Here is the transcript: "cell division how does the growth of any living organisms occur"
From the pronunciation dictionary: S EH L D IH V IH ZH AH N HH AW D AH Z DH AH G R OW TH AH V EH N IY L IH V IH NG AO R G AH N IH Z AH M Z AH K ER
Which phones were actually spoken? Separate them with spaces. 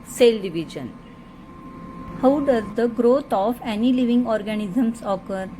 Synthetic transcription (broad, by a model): S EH L D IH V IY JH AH N HH AW D AH Z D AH G R OW T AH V EH N IY L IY V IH NG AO R G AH N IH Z AH M S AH K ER